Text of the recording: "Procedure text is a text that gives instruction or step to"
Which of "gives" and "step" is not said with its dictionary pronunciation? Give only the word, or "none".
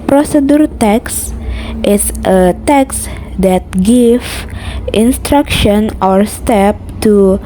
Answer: gives